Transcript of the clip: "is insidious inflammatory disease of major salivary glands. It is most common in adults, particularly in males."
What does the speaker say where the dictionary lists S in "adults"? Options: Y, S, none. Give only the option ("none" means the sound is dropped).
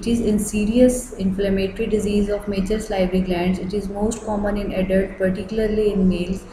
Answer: none